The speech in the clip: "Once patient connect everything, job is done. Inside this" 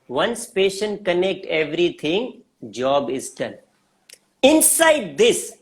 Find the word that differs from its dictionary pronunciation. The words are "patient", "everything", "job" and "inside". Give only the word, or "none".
everything